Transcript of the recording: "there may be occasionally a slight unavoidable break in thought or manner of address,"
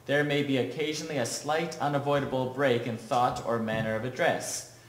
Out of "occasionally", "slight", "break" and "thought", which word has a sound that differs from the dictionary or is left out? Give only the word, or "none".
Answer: none